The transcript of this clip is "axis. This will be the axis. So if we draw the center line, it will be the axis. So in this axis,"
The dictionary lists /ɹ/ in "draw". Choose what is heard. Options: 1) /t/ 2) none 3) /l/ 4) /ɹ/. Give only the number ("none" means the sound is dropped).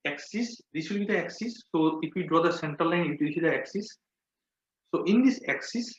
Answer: 4